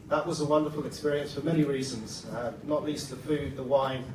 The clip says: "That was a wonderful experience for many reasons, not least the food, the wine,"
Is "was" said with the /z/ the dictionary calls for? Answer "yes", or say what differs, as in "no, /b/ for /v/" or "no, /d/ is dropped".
yes